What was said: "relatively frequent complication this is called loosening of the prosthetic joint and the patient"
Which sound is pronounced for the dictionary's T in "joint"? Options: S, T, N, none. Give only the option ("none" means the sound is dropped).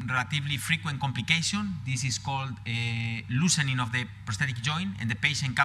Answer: none